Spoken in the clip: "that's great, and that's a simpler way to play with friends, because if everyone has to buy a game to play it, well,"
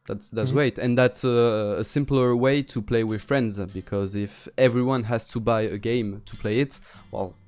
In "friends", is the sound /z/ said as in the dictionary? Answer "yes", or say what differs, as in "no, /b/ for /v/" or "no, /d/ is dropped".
yes